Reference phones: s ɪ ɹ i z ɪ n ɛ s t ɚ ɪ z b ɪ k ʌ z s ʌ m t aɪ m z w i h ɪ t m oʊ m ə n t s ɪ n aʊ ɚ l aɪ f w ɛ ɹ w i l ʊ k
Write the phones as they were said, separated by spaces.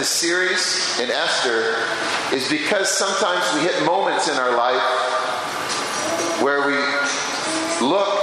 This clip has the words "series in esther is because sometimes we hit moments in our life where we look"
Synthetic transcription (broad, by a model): s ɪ ɹ i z ɪ n ɛ s t ɚ ɪ z b ɪ k ʌ z s ʌ m t aɪ m z w i h ɪ t m oʊ m ə n t s ɪ n aʊ ɚ l aɪ f w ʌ ɹ w i l ʊ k